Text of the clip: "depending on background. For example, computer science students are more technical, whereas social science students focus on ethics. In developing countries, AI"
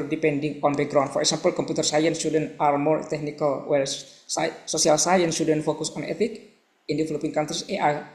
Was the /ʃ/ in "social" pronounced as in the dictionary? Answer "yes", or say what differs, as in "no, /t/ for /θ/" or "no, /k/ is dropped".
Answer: no, /s/ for /ʃ/